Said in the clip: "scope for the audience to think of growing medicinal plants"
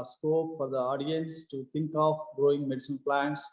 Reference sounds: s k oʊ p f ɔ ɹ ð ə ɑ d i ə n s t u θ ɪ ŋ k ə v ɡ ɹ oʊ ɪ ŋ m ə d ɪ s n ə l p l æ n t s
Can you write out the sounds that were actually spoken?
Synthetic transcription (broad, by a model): s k oʊ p f ɔ ɹ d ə ɑ d i ə n s t u t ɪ ŋ k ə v ɡ ɹ oʊ ɪ ŋ m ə d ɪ s ə n p l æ n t s